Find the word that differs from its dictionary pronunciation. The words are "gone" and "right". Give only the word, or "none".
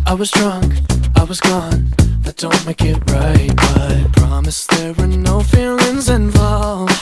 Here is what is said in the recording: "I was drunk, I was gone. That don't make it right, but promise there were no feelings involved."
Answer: none